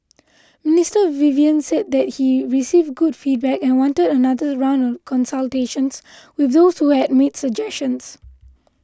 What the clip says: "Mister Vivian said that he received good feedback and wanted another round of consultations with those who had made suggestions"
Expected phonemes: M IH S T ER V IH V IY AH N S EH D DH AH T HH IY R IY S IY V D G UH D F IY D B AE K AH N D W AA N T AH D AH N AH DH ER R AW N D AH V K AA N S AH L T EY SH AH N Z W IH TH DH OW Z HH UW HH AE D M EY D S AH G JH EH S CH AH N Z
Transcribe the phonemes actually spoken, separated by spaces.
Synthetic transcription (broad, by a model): M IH S T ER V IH V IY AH N S EH D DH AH T HH IY R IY S IY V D G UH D F IY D B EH K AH N W AA N T AH D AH N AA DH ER R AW N AH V K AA N S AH L T EY SH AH N S W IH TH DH OW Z HH UW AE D M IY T S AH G JH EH S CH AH N S